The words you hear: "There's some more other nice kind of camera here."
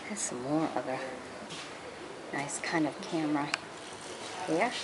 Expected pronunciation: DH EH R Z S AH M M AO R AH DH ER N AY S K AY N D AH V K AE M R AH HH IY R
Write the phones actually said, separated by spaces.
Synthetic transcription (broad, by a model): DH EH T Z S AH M M AO R AH DH ER N AY S K AY N D AH V K AE M R AH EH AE